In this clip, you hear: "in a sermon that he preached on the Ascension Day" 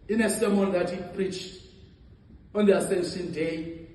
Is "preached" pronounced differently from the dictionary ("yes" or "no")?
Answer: no